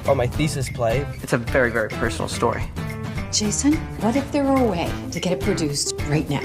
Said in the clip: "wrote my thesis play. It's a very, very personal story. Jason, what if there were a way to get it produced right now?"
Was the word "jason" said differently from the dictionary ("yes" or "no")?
no